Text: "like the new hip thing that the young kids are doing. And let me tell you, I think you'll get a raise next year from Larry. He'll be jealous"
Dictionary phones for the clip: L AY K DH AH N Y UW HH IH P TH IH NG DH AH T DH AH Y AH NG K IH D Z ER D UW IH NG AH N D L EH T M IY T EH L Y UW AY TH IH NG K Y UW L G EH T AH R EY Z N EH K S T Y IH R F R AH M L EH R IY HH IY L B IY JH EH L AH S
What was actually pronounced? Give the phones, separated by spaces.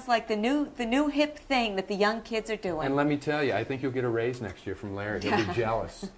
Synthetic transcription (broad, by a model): L AY K DH AH N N UW HH IH P TH IH NG DH AH T DH AH Y AH NG K IH D Z ER D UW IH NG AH N L EH T M IY T EH L Y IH AY TH IH NG K Y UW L G EH T AH R EY Z N EH K S T Y IH R F R AH M L EH R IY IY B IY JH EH L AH S